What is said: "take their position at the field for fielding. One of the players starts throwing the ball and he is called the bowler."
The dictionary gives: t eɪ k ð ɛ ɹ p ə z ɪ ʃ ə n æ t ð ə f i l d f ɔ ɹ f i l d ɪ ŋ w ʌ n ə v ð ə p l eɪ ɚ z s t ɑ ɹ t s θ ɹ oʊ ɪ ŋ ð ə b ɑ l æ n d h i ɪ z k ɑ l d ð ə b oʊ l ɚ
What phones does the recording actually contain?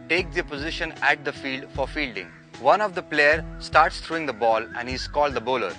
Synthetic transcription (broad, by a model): t eɪ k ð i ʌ p ə z ɪ ʃ ə n æ t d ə f i l d f ɔ ɹ f i l d ɪ ŋ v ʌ n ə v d ə p l eɪ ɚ s t ɑ ɹ t s t ɹ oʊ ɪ ŋ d ə b ɑ l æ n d h i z k ɑ l d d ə b oʊ l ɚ